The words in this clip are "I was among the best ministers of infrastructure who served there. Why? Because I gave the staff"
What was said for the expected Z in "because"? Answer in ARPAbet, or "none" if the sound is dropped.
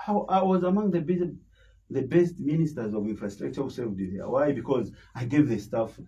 Z